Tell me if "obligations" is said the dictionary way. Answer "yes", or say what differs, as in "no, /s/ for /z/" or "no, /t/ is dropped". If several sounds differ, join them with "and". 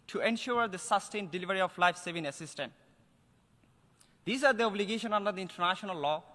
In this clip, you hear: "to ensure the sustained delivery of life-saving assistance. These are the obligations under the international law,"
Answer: no, /z/ is dropped